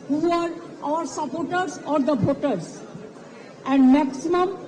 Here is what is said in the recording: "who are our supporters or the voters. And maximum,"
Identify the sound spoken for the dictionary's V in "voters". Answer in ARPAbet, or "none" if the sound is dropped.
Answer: B